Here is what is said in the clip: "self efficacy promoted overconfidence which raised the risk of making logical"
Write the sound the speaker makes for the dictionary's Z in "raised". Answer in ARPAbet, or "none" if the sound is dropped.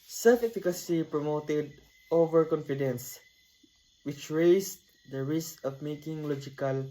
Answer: S